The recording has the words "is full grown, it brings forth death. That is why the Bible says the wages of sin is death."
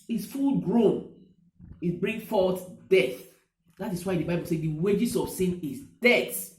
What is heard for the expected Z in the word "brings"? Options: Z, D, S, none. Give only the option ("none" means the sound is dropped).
none